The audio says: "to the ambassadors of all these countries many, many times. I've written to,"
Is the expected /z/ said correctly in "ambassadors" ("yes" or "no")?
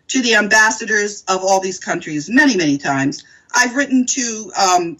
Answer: yes